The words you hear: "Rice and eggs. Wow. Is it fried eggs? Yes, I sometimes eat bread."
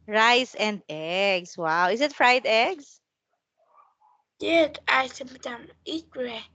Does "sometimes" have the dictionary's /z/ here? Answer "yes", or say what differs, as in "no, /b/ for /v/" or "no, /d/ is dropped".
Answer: no, /z/ is dropped